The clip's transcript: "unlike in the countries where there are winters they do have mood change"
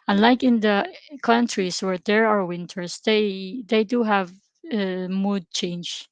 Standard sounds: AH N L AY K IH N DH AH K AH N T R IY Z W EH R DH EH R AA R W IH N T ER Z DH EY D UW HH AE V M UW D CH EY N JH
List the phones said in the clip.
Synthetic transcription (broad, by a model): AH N L AY K IH N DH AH K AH N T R IY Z W EH R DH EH R AA R W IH N T ER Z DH EY D UW HH AE V M UW D CH EY N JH